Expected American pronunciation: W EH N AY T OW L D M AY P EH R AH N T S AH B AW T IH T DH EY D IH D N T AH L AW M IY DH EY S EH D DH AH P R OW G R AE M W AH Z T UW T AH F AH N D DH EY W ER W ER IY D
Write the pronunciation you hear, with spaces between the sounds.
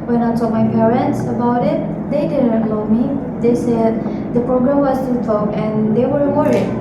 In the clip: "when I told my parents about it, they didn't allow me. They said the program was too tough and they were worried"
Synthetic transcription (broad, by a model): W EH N AY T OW M AY P EH R AH N T S AH B AW T IH T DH EY D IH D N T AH UH M IY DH EY S EH D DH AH P R OW G R AE M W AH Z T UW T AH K AH N D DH EY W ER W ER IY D